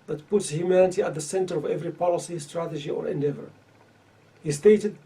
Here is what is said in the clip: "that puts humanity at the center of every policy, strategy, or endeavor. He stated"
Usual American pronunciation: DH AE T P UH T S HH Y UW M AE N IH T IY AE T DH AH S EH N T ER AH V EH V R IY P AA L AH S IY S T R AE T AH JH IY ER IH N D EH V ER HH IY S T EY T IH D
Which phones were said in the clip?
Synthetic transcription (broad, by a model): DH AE T P UH T S HH Y UW M AE N IH T IY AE T DH AH S EH N T ER AH V EH V R IY P AA L AH S IY S T R AE T AH JH IY ER IH N D EH V ER HH IY S T EY T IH D